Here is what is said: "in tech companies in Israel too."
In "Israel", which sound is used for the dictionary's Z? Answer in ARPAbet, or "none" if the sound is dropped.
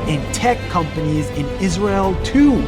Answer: Z